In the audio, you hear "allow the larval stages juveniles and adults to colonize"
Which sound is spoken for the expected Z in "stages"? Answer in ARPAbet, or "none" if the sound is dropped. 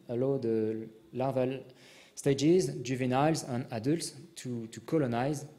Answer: Z